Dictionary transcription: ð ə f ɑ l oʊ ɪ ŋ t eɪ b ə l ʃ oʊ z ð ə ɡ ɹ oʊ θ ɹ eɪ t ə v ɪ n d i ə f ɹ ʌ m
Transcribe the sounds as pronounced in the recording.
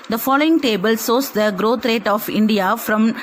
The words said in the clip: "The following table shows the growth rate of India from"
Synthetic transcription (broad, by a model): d ə f ɑ l oʊ ɪ ŋ t eɪ b ə l s oʊ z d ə ɡ ɹ oʊ t ɹ eɪ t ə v ɪ n d i ə f ɹ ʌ m